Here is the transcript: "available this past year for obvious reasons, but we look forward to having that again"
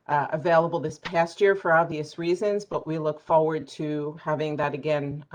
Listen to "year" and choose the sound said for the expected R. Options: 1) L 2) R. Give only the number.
2